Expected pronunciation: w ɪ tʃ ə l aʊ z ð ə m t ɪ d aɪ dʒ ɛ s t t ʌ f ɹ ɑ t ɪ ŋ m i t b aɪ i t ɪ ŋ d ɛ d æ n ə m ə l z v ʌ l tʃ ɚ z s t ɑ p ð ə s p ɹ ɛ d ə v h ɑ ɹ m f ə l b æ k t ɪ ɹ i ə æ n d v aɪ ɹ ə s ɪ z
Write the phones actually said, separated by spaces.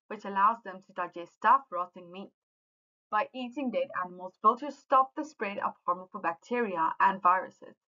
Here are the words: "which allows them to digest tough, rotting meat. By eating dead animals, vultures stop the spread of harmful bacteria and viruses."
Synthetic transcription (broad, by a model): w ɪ tʃ ə l aʊ z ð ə m t ɪ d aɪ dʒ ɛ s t t ʌ f ɹ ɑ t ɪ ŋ m i t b aɪ i t ɪ ŋ d ɛ d æ n ə m ə l z f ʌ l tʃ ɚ s t ɑ p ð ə s p ɹ ɛ d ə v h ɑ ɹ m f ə b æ k t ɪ ɹ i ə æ n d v aɪ ɹ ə s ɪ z